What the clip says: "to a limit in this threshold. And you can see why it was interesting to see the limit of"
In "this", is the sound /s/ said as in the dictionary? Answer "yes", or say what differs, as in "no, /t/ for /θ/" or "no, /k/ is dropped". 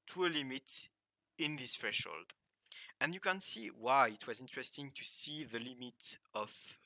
yes